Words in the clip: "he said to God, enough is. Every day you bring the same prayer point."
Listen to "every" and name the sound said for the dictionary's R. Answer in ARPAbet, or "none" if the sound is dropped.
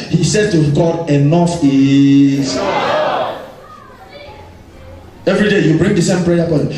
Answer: R